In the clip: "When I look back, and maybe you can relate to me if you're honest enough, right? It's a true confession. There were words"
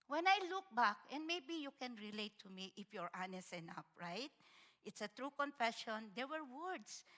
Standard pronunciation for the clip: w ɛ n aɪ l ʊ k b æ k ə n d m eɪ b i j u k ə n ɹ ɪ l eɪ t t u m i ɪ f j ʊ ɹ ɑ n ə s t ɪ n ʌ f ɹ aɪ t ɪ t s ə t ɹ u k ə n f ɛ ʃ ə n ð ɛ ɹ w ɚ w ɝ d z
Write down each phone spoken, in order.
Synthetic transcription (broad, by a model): w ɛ n aɪ l ʊ k b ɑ k ə n d m eɪ b i j u k ə n ɹ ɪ l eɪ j t u m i ɪ f j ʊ ɹ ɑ n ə s ɪ n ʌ p ɹ aɪ t ɪ t s ə t ɹ u k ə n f ɛ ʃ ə n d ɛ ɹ w ɚ w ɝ d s